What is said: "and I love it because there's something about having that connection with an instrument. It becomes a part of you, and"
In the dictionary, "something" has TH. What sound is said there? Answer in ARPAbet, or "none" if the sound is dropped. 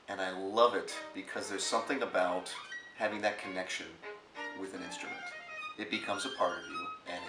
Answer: TH